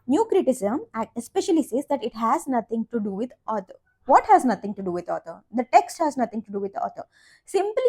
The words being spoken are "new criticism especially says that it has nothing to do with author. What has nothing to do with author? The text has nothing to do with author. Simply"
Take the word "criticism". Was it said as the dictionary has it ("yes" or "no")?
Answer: no